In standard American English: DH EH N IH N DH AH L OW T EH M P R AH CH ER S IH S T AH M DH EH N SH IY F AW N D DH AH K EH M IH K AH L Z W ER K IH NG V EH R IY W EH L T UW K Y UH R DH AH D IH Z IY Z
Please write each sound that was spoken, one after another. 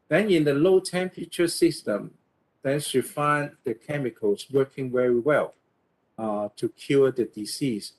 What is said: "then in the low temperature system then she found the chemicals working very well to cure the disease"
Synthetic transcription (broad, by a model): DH EH N IH N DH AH L OW T EH M P R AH CH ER S IH S T AH M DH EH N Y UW F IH N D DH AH K EH M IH K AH L S W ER K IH NG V EH R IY W EH L T UW K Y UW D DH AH D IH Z IY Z